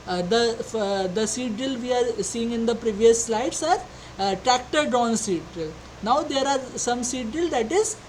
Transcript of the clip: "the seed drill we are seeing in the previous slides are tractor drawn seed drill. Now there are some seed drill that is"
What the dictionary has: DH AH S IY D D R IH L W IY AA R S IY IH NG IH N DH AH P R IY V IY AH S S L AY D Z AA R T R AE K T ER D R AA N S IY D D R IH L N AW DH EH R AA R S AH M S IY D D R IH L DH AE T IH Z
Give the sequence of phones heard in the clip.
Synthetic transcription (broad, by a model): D AH S IY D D IH L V IY AA R S IY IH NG IH N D AH P R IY V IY AH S S L AY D S AA R T R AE K T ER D AA N S IY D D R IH L N AW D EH R AA R S AH M S IY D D IH L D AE T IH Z